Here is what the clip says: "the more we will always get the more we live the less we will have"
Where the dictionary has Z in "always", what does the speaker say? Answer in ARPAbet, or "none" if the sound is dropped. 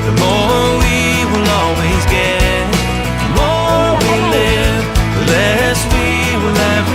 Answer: Z